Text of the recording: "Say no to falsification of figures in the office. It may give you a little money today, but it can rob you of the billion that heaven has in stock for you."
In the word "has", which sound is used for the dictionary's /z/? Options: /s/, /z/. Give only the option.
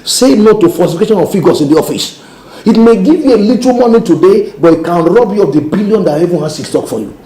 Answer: /s/